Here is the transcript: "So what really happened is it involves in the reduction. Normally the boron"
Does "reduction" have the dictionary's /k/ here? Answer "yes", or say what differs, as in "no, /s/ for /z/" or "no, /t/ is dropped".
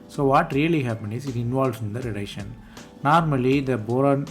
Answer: no, /k/ is dropped